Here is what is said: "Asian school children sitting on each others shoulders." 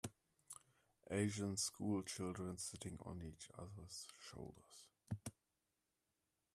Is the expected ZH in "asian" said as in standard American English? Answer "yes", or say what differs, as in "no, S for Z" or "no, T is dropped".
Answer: yes